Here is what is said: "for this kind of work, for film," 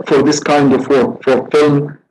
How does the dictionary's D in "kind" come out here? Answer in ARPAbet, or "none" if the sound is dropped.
D